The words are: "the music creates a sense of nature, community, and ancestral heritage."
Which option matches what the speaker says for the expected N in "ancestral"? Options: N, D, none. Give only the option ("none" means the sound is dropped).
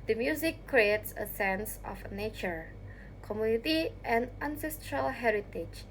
N